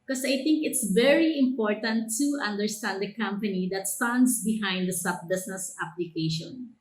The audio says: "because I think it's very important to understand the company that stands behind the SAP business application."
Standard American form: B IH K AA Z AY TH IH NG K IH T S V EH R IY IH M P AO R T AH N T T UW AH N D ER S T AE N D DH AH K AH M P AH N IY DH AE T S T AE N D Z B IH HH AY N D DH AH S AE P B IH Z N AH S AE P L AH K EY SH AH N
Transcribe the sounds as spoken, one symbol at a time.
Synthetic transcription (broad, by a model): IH K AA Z AY T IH NG K IH T S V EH R IY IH M P AO R T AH N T T UW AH N D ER S T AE N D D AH K AH M P AH N IY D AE T S T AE N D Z B IH HH AY N D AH S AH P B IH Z N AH S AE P L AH K EY SH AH N